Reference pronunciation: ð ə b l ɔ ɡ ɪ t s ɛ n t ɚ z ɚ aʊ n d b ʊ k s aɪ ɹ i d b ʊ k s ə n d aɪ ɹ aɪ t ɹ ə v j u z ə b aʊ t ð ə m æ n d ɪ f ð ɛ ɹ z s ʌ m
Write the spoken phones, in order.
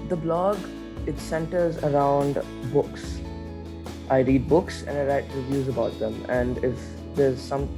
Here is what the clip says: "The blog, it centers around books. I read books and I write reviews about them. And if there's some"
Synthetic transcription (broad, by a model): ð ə b l ɔ ɡ ɪ t s ɛ n t ɚ z ɚ aʊ n d b ʊ k s aɪ ɹ i d b ʊ k s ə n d aɪ ɹ aɪ t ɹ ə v j u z ə b aʊ t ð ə m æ n d ɪ f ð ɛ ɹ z s ʌ m